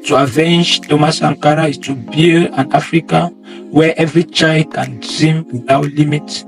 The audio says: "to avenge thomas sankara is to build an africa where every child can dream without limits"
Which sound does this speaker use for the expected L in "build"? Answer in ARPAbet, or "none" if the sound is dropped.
N